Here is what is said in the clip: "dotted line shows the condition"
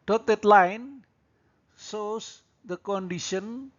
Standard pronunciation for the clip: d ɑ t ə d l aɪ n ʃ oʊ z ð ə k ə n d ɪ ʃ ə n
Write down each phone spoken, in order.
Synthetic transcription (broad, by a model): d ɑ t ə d l aɪ n s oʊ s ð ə k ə n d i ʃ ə n